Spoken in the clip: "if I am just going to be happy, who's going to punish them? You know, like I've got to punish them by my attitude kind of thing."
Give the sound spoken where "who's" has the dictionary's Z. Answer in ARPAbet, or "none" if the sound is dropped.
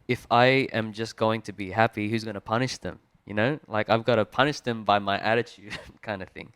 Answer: Z